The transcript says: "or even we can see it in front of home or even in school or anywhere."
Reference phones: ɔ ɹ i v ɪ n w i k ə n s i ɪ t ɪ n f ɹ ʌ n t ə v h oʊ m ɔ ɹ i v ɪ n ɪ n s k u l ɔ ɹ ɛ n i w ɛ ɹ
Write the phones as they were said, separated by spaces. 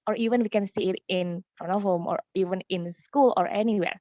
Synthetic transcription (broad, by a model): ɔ ɹ i v ɪ n w i k ə n s i ɪ t ɪ n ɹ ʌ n ə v h oʊ m ɔ ɹ i v ɪ n ɪ n s k u l ɔ ɹ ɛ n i w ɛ ɹ